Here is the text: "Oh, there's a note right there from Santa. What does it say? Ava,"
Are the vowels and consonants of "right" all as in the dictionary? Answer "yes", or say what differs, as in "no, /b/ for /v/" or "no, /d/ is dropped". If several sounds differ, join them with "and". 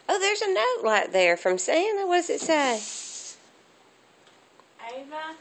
no, /l/ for /ɹ/